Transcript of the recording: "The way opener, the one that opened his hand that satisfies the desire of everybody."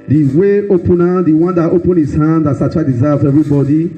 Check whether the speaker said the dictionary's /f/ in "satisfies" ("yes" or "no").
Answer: no